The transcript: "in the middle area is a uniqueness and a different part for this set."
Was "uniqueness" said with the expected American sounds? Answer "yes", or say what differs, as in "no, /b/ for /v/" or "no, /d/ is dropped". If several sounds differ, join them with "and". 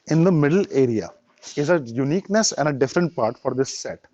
yes